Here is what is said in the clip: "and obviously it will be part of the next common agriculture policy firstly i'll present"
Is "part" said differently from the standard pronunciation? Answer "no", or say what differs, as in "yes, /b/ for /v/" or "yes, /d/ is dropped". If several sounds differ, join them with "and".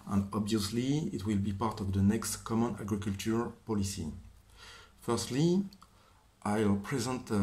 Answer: no